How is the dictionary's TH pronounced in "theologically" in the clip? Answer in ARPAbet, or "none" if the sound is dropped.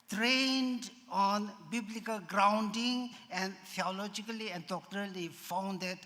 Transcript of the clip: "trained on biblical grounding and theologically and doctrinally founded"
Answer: T